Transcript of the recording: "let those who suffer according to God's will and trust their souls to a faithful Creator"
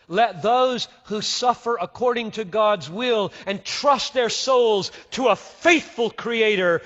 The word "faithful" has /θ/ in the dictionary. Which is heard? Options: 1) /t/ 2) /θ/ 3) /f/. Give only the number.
2